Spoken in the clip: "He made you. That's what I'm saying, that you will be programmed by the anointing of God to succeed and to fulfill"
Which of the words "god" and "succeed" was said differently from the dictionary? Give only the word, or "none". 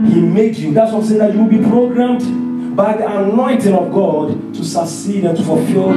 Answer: succeed